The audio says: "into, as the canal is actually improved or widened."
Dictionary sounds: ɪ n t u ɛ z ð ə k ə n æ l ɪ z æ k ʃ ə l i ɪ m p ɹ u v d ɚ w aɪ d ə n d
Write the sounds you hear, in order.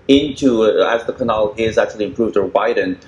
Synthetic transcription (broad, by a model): ɪ n t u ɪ z ð ə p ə n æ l ɪ z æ k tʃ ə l i ɪ m p ɹ u v d ɚ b aɪ d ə n